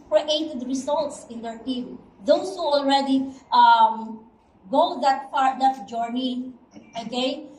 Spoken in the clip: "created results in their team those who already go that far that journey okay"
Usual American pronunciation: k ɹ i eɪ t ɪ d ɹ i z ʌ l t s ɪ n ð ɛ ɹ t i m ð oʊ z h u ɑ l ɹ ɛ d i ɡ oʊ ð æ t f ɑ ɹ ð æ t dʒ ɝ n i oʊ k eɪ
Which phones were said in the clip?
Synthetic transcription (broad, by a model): k ɹ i eɪ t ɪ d ɹ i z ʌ l t s ɪ n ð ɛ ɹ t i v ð oʊ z h u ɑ l ɹ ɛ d i ɡ oʊ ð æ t p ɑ ɹ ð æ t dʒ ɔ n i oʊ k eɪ